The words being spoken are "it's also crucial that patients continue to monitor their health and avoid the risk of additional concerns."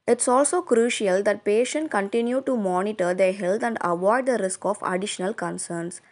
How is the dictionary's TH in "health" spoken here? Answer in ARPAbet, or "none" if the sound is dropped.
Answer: T